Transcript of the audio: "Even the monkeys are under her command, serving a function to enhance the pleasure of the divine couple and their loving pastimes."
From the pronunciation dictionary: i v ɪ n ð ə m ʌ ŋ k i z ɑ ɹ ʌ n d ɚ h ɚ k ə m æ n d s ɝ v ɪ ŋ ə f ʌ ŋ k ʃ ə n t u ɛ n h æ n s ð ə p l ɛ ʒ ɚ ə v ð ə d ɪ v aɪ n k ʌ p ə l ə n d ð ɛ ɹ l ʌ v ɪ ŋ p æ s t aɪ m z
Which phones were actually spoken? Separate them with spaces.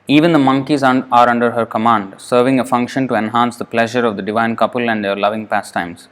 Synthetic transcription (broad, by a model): i v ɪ n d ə m ʌ ŋ k i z ɑ ɹ ʌ n d ɚ h ɚ k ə m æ n d s ɝ v ɪ ŋ ə f ʌ ŋ k ʃ ə n t u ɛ n h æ n s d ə p l ɛ ʒ ɚ ə v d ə d ɪ v aɪ n k ʌ p ə l ə n d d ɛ ɹ l ʌ v ɪ ŋ p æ s t aɪ m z